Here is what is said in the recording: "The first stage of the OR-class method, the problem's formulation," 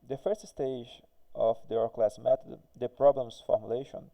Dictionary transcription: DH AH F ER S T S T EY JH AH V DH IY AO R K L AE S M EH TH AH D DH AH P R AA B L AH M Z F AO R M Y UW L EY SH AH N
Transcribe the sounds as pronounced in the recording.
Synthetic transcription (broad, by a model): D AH F ER S T S T EY JH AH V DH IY AO R K L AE S M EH T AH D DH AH P R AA B L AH M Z F AO R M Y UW L EY SH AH N